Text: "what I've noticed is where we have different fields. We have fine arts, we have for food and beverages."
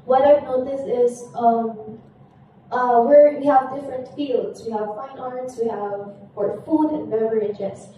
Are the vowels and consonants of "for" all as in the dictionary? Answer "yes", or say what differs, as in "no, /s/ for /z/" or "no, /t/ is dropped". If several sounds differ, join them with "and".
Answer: no, /p/ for /f/